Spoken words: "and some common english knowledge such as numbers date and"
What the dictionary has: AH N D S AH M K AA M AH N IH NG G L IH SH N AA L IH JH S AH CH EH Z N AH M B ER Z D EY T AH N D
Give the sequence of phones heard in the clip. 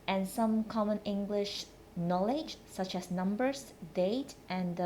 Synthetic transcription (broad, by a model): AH N S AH M K AA M AH N IH NG G L IH SH N AA L IH JH S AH CH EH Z N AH M B ER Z D EY T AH N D